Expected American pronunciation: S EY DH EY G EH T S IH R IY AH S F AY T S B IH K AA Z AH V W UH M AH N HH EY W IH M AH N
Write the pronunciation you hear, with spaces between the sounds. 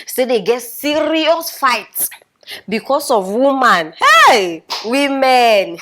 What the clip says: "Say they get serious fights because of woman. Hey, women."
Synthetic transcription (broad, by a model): S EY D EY G EH T S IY R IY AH S F AY T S B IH K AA S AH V W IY M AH N HH EY W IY M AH N